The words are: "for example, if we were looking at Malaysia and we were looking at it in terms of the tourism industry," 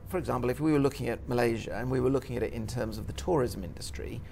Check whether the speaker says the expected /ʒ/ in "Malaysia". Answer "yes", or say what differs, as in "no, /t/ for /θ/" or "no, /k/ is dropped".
yes